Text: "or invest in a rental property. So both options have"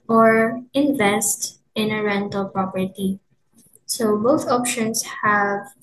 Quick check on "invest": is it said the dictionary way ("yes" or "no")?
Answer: yes